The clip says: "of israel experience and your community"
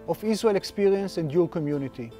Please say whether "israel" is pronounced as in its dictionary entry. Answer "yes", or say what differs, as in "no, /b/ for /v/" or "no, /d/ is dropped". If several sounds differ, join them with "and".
no, /w/ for /ɹ/